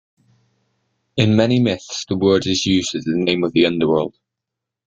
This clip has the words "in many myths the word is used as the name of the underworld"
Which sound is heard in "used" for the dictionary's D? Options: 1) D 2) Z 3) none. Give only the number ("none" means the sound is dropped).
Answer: 3